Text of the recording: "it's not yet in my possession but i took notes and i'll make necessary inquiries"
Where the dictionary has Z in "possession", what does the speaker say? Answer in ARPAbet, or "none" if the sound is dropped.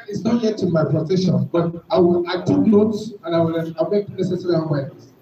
S